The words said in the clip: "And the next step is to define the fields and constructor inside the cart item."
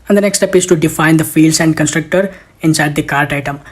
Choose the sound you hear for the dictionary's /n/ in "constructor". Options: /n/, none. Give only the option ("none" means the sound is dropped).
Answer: /n/